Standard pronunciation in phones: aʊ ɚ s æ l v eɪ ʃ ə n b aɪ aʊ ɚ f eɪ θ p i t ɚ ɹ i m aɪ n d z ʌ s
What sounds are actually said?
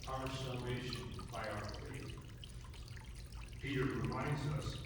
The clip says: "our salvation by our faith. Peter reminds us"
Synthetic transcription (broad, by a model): aʊ ɚ s æ l v eɪ ʃ ə n b aɪ aʊ ɚ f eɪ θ p i t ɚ ɹ i m aɪ n d z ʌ s